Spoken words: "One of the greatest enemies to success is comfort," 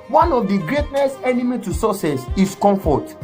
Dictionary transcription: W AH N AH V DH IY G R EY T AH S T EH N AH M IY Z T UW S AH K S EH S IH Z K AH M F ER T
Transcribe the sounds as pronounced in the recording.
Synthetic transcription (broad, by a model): W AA N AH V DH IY G R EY T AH S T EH N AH M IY T UW S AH S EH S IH S K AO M F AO T